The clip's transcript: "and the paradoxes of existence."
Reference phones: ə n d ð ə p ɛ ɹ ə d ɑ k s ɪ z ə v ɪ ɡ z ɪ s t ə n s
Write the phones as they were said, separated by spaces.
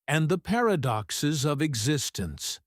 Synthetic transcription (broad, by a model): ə n ð ə p ɛ ɹ ə d ɑ k s ɪ z ə v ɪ ɡ z ɪ s t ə n s